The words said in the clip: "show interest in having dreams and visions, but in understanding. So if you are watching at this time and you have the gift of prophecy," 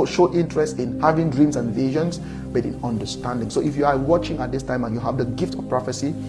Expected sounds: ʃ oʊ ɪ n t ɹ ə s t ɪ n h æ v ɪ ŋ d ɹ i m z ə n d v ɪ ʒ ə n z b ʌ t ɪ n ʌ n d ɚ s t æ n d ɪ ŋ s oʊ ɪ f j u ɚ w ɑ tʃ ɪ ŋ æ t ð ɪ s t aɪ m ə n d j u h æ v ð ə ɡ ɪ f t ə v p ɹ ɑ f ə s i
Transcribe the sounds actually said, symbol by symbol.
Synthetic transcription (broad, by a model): ʃ oʊ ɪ n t ɹ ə s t ɪ n h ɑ v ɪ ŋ d ɹ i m s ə n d v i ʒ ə n s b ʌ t ɪ n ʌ n d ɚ s t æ n d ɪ ŋ s oʊ ɪ f j u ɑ w ɑ tʃ ɪ ŋ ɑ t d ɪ s t aɪ m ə n j u h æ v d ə ɡ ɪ f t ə f p ɹ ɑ f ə s i